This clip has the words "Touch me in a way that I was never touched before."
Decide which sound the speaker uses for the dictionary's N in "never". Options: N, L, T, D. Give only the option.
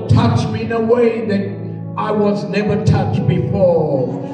N